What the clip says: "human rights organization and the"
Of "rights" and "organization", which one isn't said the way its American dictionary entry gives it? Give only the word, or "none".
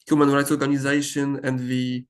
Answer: none